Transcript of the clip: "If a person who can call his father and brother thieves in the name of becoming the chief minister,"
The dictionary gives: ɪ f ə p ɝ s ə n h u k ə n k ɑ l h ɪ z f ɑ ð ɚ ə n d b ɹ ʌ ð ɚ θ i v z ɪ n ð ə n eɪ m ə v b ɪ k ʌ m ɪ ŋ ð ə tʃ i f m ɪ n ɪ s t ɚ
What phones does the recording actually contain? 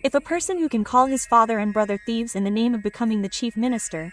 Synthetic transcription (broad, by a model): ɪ f ə p ɝ s ə n h u k ə n k ɑ l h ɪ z f ɑ ð ɚ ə n b ɹ ʌ ð ɚ θ i v z ɪ n ð ə n eɪ m ə v b ɪ k ʌ m ɪ ŋ ð ə tʃ i f m ɪ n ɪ s t ɚ